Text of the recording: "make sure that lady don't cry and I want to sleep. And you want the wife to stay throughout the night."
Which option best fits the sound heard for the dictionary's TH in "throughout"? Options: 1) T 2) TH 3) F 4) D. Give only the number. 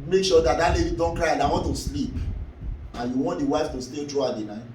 1